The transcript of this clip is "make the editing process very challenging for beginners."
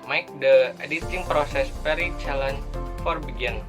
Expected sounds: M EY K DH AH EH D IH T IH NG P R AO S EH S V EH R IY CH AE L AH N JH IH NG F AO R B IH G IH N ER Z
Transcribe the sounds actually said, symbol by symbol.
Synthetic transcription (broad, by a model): M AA K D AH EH D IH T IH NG P R AO S EH S P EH R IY CH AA L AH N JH F AO R B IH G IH N